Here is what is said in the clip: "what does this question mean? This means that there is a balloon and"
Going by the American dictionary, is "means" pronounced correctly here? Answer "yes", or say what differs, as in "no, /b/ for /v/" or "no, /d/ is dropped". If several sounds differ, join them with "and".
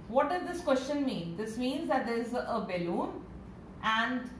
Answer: yes